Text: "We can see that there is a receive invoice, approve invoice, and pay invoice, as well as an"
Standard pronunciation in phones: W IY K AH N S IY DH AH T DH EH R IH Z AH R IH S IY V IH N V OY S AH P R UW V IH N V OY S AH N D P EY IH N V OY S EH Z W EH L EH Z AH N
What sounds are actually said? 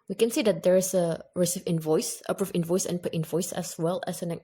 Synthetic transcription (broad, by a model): W IY K AH N S IY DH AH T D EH R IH S AH R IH S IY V IH N V OY S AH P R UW F IH N V OY S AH N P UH IH N V OY S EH S W EH L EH S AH N